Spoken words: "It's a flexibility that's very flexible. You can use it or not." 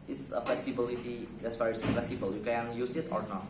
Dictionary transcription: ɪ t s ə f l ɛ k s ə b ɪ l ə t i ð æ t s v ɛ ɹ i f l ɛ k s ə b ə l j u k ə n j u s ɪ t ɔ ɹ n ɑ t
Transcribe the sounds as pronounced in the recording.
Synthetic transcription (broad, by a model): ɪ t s ə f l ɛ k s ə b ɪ l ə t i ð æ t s f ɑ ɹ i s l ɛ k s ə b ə l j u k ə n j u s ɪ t ɔ ɹ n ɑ